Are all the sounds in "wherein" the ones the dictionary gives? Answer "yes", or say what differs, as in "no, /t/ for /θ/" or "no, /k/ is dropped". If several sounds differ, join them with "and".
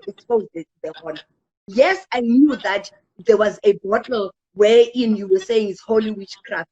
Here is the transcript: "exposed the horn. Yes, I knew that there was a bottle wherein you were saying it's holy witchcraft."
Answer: no, /ɹ/ is dropped